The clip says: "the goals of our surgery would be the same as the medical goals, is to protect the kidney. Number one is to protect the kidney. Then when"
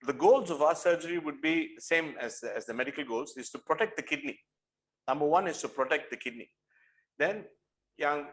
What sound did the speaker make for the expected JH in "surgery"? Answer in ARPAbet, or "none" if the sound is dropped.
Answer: JH